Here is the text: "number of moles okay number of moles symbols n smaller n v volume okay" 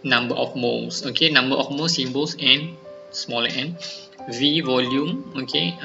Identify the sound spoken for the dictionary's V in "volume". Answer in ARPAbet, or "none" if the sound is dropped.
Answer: V